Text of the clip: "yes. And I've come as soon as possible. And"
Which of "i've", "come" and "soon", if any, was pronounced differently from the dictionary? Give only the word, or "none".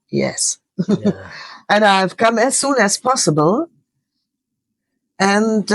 none